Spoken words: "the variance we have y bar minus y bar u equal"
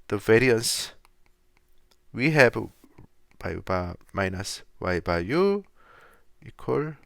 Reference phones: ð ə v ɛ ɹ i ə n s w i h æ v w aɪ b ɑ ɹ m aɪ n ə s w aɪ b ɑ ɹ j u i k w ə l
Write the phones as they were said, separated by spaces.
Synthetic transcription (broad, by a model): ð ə v ɛ ɹ i ə n s w i h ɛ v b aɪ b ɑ m aɪ n ə s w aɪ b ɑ j u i k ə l